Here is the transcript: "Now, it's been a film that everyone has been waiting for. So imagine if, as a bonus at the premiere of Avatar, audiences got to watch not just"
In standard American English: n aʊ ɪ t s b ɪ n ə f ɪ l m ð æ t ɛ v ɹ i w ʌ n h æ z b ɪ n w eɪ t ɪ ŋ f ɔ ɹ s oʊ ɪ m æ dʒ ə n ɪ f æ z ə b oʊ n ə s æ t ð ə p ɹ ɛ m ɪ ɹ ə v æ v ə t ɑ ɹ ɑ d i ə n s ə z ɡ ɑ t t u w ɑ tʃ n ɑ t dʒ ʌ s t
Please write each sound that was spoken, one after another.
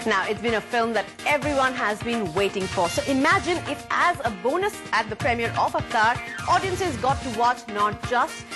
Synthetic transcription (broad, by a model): n aʊ ɪ t s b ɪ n ə f ɪ l m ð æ t ɛ v ɹ i w ʌ n h æ z b ɪ n w eɪ t ɪ ŋ f ɔ ɹ s oʊ ɪ m æ dʒ ə n ɪ f æ z ə b oʊ n ə s æ t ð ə p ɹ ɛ m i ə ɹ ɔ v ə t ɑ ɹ ɑ d i ə n s ə z ɡ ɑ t t u w ɑ tʃ n ɑ t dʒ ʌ s t